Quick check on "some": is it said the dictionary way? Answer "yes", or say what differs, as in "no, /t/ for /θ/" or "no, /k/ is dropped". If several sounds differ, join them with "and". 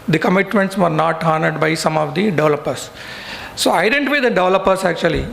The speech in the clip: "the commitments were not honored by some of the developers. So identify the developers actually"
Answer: yes